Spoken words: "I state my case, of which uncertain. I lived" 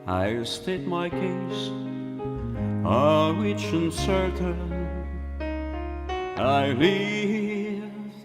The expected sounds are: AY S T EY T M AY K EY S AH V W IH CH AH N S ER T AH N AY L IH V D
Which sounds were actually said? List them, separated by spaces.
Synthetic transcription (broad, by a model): AY S T EY T M AY K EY AH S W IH CH AH N S ER T AH N AY L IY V